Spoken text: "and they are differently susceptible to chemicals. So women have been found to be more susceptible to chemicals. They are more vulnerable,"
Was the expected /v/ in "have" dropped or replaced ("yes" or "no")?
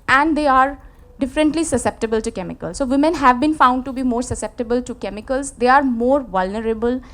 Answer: no